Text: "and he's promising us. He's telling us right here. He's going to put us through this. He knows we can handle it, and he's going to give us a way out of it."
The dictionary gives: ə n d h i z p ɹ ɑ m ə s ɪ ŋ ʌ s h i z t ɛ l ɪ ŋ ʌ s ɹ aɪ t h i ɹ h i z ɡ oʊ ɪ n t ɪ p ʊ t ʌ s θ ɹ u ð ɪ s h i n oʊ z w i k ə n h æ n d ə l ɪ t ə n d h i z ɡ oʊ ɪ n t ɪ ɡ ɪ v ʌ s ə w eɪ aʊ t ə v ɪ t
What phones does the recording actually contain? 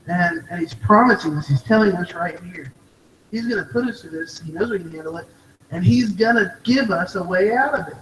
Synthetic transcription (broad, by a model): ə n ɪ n i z p ɹ ɑ m ə s ɪ ŋ ʌ s h i z t ɛ l ɪ ŋ ʌ s ɹ aɪ t h i ɹ h i z ɡ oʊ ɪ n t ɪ p ʊ t ʌ s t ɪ ð ɪ s h i n oʊ z w i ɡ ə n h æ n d l ɪ t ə n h i z ɡ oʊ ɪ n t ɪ ɡ ɪ v ʌ s ə w eɪ aʊ t ə v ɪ t